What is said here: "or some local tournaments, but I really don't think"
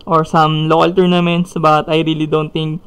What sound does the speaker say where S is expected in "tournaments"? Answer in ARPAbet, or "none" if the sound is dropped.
S